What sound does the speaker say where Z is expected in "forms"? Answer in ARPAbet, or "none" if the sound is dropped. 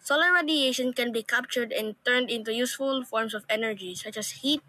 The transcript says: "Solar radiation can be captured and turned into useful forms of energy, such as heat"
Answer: S